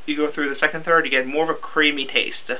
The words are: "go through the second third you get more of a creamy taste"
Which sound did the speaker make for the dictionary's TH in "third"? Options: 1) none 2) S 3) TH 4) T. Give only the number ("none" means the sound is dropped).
3